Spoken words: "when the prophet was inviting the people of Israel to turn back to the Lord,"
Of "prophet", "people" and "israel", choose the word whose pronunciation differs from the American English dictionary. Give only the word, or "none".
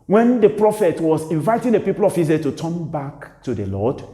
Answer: israel